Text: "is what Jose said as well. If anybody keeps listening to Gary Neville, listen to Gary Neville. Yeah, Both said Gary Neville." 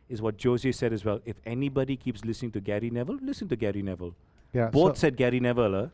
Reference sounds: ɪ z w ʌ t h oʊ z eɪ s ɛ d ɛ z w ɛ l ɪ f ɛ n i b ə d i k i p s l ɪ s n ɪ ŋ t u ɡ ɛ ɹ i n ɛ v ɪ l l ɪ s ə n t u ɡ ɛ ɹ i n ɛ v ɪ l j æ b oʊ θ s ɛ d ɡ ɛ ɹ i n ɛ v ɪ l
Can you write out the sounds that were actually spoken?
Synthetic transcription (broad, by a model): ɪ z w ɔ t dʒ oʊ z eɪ s ɛ d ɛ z w ɛ l ɪ f ɛ n i b ə d i k i p s l ɪ s n ɪ ŋ t u ɡ ɛ ɹ i n ɛ v ɪ l l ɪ s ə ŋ t u ɡ ɛ ɹ i n ɛ v ɪ l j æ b oʊ t s ɛ d ɡ ɛ ɹ i n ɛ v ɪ l